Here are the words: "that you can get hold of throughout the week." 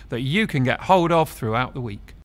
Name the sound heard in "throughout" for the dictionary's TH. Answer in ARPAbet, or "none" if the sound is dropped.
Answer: TH